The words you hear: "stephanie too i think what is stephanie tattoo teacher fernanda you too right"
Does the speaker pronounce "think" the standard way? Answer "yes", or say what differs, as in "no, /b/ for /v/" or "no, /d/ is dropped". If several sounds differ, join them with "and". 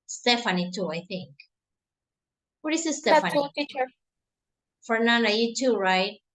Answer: yes